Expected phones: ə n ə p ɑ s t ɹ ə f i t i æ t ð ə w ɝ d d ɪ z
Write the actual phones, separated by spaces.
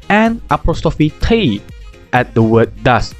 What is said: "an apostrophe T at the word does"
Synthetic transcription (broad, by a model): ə n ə p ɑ s t ə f i t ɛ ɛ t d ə w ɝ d d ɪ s